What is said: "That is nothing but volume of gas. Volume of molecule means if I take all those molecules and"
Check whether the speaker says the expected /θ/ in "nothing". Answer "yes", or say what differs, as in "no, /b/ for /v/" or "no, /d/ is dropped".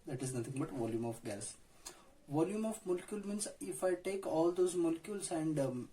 no, /t/ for /θ/